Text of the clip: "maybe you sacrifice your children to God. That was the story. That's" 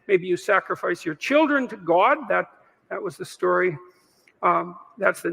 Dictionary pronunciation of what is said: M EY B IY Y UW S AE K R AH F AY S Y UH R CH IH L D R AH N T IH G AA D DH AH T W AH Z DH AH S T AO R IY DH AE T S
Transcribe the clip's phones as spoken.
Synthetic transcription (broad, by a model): M EY B IY Y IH S AE K R AH F AY S Y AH R CH IH L D R AH N T IH G AA D DH AH T W AH Z DH AH S T AO R IY DH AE T S